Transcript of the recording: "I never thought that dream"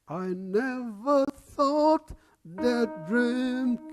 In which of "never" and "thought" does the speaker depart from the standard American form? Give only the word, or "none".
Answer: none